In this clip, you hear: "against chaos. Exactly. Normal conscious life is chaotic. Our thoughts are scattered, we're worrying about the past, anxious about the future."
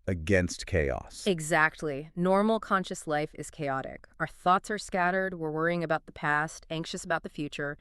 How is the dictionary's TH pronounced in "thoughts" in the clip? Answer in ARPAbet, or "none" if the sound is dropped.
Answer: TH